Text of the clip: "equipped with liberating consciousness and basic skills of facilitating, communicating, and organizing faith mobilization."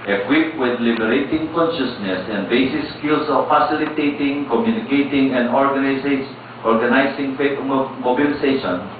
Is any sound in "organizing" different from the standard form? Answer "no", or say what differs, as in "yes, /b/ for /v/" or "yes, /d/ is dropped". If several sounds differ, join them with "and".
yes, /s/ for /z/